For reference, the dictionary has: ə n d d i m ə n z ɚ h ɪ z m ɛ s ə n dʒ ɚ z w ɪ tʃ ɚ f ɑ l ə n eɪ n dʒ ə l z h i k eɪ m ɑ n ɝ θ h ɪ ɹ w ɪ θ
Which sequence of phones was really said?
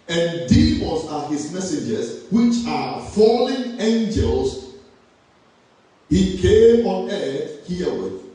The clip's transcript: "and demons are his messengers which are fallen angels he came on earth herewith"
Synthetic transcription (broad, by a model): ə n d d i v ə l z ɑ h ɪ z m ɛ s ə dʒ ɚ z w ɪ tʃ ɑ f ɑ l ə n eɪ n dʒ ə l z h i k eɪ m ɑ n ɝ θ h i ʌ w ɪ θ